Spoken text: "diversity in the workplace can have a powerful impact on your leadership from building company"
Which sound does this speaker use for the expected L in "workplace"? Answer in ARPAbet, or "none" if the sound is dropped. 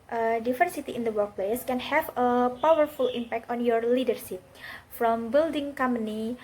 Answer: L